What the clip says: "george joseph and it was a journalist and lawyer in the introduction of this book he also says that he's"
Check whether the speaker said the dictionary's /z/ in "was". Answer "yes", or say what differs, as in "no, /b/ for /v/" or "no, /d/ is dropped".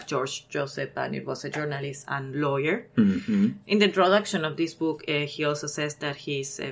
no, /s/ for /z/